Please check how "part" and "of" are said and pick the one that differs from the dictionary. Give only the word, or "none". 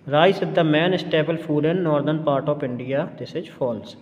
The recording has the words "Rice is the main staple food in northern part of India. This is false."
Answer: of